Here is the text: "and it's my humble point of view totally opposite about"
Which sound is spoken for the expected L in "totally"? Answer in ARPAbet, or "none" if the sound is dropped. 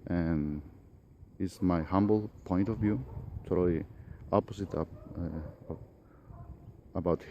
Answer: none